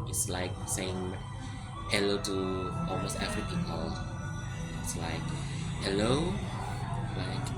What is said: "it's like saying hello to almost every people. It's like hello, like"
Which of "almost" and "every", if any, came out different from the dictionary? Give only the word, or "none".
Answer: every